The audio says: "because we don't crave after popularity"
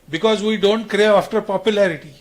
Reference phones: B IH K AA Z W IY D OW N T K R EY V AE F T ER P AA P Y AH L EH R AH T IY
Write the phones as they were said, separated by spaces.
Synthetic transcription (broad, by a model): B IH K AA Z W IY D OW N T K R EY AA F T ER P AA P Y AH L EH R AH T IY